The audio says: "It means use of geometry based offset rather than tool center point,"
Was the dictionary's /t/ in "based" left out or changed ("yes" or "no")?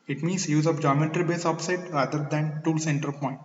yes